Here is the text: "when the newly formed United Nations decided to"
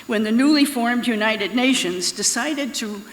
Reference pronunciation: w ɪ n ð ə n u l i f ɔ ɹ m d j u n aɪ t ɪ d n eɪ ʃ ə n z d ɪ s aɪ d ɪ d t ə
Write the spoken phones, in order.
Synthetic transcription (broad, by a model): w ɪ n ð ə n u l i f ɔ ɹ m d j u n aɪ t ɪ d n eɪ ʃ ə n z d ɪ s aɪ d ɪ d t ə